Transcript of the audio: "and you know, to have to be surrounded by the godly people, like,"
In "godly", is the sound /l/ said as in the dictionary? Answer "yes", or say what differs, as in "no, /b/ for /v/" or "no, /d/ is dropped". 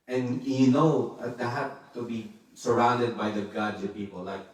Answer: no, /l/ is dropped